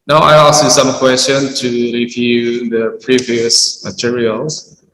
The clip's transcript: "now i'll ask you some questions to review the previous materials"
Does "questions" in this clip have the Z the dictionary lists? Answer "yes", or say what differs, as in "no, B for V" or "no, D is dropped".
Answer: no, Z is dropped